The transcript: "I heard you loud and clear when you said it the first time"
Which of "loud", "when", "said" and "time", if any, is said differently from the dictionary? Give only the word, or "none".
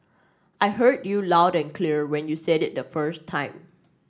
none